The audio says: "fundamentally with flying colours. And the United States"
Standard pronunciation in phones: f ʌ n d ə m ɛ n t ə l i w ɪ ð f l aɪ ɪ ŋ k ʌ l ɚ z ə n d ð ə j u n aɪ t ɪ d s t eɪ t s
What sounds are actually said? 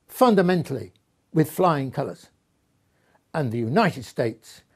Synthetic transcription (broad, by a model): f ʌ n d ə m ɛ n t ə l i w ɪ ð f l aɪ ɪ ŋ k ʌ l ɚ z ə n ð ə j u n aɪ t ɪ d s t eɪ t s